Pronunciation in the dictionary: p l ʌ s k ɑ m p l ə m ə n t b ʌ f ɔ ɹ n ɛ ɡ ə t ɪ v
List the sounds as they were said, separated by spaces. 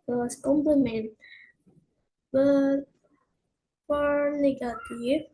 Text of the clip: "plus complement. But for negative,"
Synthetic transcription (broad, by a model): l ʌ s k ɑ m p l ə m ə n t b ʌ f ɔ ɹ n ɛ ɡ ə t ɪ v